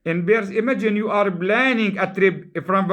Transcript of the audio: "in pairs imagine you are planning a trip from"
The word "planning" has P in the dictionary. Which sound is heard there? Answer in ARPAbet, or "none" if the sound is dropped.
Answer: B